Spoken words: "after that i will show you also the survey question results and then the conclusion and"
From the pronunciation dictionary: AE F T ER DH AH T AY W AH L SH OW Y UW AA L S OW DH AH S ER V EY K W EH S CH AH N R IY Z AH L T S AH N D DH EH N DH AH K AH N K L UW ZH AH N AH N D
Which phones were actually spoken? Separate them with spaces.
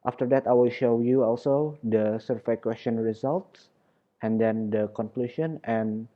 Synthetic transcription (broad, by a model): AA F T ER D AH T AY W AH L SH OW Y UW AA L S OW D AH S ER F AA K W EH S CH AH N R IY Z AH L T S AH N D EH N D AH K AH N K L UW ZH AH N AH N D